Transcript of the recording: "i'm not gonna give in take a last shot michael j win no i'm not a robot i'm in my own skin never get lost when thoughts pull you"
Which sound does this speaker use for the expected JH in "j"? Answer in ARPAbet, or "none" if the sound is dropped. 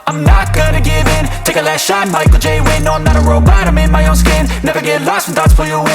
JH